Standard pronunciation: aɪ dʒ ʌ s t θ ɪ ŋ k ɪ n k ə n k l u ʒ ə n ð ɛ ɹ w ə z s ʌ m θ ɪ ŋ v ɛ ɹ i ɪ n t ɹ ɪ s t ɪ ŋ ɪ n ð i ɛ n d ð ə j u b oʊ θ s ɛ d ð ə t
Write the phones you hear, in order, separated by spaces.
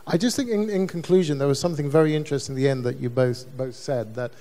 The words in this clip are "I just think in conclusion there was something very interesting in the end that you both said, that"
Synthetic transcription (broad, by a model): aɪ dʒ ʌ s t θ ɪ ŋ k ɪ n k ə n k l u ʒ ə n ð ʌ ɹ w ə z s ʌ m θ ɪ ŋ v ɛ ɹ i ɪ n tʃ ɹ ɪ s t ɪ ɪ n ð i ɛ n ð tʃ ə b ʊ b oʊ θ s ɛ d ð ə t